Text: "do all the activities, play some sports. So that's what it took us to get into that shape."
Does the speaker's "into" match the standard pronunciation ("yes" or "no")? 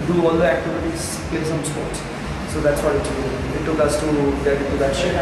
no